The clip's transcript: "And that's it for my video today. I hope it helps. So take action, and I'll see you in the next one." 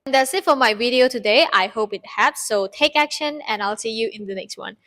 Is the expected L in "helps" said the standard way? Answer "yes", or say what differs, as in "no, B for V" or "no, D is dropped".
no, L is dropped